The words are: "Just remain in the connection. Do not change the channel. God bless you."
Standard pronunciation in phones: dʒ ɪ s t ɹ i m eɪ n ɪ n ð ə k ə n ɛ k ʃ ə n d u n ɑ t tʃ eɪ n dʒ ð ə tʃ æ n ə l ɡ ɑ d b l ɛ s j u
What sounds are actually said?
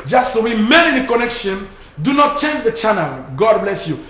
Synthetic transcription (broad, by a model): dʒ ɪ s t w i m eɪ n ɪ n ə k ə n ɛ k ʃ ə n d u n ɑ t tʃ eɪ n dʒ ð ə tʃ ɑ n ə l ɡ ɑ d b l ɛ s j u